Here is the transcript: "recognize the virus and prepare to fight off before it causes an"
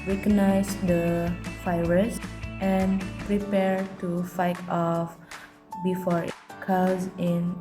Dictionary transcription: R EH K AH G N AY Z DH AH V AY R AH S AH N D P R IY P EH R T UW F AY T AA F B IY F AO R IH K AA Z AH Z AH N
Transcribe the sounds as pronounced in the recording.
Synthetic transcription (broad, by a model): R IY K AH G N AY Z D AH F AY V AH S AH N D P R IY P EH R T UW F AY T AA F B IY F AO R K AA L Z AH N